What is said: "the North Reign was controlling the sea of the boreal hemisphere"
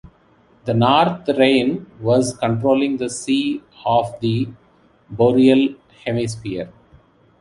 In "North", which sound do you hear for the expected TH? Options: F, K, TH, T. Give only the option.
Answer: T